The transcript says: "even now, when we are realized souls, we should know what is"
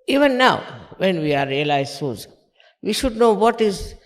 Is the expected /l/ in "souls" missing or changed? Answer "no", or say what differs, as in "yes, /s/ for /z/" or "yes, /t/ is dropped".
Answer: yes, /l/ is dropped